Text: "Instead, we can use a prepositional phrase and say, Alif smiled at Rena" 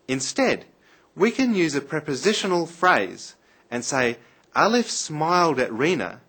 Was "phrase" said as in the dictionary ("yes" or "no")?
yes